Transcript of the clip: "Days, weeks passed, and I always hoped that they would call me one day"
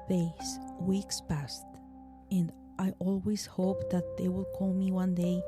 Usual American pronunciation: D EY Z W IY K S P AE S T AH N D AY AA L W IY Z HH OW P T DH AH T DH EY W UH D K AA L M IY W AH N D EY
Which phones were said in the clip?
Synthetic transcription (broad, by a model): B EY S W IY K S P AE S T AH N D AY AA L W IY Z HH OW P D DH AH T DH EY W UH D K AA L M IY W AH N D EY